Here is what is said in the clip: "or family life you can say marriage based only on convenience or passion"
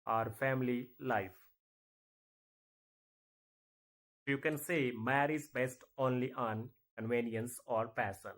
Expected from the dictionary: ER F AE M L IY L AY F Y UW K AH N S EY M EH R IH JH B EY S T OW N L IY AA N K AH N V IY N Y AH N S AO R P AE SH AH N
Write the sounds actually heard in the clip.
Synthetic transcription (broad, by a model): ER F AE M L IY L AY F Y UW K AH N S EY M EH R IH Z B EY S T OW N L IY AA N K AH N V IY N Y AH N S AO R P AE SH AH N